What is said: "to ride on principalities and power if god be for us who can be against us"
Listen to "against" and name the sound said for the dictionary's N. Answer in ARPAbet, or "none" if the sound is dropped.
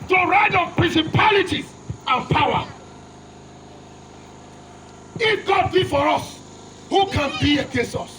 none